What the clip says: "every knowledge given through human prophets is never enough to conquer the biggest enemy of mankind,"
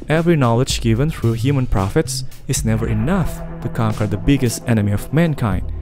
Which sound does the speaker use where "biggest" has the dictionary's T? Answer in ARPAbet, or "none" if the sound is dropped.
T